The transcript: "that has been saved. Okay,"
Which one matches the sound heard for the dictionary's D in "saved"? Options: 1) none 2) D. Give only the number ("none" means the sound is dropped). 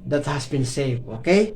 1